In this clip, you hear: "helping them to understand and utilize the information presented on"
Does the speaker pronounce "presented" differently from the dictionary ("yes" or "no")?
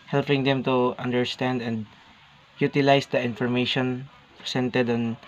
yes